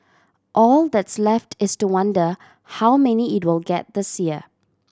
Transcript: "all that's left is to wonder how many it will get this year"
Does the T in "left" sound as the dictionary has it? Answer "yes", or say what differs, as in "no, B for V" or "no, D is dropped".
yes